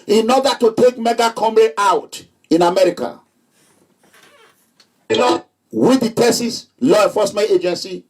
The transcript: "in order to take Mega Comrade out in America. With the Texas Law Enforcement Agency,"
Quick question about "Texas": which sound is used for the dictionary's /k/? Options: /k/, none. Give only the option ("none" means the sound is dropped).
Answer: none